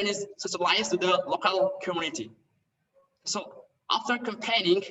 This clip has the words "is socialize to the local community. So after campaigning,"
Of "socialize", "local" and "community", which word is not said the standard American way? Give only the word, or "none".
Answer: socialize